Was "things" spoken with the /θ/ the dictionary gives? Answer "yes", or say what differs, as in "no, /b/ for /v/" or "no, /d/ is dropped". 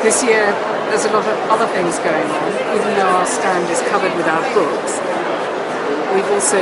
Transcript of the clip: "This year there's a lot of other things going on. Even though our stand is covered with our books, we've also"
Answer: yes